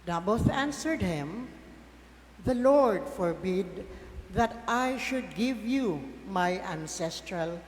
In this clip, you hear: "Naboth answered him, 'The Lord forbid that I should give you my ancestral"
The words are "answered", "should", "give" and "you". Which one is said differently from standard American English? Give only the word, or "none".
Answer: none